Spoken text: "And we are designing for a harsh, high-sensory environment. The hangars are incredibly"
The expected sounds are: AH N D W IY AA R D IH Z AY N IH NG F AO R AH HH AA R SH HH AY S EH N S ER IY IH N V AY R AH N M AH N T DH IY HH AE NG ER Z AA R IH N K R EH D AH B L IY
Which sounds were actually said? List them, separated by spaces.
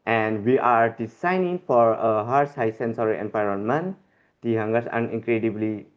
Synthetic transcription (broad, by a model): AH N D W IY AA R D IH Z AY N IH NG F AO R AH HH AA R S HH AY S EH N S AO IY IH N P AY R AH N M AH N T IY HH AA NG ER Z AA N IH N K R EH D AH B L IY